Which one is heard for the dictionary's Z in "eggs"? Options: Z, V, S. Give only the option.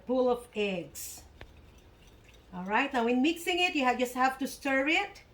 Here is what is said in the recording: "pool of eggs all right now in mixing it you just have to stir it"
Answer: S